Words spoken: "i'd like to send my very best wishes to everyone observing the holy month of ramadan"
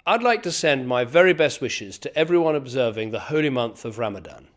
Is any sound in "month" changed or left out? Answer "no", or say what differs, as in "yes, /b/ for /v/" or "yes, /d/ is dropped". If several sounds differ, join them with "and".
no